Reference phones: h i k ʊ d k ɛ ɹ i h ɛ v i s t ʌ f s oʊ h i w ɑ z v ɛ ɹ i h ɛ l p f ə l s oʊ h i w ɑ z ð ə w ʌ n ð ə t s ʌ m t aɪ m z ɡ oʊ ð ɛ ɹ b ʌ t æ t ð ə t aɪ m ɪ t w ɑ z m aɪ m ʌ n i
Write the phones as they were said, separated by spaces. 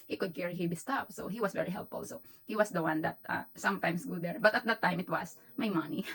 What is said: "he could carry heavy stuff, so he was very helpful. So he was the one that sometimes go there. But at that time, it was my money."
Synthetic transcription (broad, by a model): h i k ʊ d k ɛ ɹ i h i b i s t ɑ p s oʊ h i w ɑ s v ɛ ɹ i h ɛ l p f ə l s oʊ h i w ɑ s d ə w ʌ n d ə t s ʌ m t aɪ m s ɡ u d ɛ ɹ b ʌ t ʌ t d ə t aɪ m ɪ t w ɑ s m aɪ m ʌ n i